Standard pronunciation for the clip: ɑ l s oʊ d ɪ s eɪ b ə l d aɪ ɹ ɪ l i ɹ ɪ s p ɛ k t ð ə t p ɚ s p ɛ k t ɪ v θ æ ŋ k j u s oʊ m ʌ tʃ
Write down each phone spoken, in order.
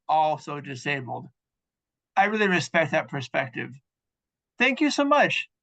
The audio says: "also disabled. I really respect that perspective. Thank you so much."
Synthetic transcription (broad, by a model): ɑ l s oʊ d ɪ s eɪ b l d aɪ ɹ ɪ l i ɹ ɪ s p ɛ k t ð ə t p ɚ s p ɛ k t ɪ v θ æ ŋ k j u s oʊ m ʌ tʃ